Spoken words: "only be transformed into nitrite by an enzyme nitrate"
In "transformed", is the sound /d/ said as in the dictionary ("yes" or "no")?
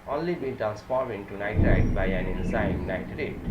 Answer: no